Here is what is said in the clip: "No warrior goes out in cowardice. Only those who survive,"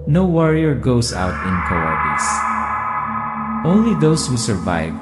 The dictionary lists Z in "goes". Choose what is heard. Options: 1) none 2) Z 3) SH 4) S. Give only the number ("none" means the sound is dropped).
4